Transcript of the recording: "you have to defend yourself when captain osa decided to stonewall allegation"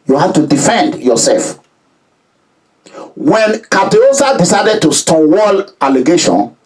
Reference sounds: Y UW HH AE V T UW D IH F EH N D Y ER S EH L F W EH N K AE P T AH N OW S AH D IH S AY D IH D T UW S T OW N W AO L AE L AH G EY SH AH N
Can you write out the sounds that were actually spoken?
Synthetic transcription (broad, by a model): Y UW HH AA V T UW D IH F EH N D Y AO S EH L F W EH N K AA T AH OW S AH D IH S AY D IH D T UW S T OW W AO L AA L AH G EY SH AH N